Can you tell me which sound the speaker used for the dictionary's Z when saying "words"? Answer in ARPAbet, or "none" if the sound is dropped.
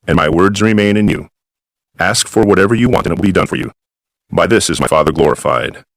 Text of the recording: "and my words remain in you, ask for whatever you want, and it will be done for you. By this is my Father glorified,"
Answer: Z